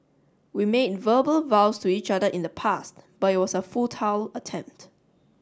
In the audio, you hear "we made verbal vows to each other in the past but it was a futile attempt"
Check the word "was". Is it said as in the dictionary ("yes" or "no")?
no